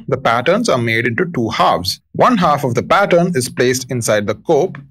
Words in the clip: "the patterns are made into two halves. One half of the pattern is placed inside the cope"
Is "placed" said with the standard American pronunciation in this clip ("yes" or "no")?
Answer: yes